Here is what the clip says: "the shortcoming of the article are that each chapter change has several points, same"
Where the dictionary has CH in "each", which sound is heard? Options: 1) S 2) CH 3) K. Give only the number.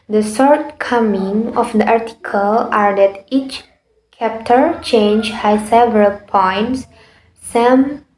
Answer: 2